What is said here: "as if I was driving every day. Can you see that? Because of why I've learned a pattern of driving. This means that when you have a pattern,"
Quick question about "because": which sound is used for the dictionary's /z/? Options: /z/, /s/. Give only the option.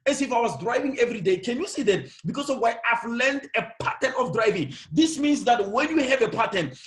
/s/